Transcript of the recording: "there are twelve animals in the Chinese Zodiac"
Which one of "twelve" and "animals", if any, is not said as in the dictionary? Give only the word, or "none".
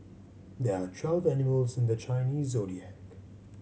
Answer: none